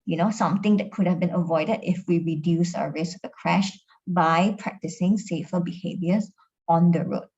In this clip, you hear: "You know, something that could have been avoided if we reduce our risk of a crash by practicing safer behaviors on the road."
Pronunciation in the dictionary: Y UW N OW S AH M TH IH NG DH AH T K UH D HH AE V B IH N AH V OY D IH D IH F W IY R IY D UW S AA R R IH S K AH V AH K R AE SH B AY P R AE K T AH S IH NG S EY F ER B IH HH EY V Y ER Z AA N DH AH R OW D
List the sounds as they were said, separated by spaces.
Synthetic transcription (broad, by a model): Y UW N OW S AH M T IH NG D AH T K UH D HH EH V B IH N AH V OY D IH D IH F W IY R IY D UW S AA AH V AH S AH K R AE SH B AY P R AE K T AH S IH NG S EY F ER B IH HH EY V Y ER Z AA N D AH R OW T